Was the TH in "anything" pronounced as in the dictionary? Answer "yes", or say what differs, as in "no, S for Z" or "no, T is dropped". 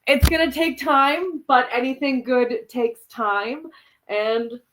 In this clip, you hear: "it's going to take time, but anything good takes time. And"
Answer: yes